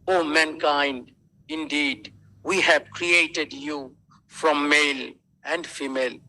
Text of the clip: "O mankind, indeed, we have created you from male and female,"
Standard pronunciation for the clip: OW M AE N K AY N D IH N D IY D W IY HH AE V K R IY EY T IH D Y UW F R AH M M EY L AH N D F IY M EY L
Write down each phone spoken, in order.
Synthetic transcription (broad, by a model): OW M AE N K AY N D IH N D IY D W IY HH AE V K R IY EY T IH D Y UW F R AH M M EY L AH N D F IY M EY L